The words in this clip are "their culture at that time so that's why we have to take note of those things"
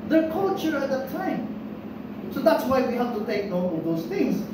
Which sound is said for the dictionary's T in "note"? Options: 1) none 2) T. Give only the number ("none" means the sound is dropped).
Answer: 1